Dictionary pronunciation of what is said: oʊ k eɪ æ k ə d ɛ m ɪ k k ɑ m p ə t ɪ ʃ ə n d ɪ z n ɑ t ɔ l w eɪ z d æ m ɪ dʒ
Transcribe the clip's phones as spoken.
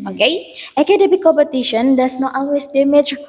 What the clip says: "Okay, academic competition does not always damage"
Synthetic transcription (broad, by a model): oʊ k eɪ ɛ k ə d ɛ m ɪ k k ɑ m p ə t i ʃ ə n d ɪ s n ɑ t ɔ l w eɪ s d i m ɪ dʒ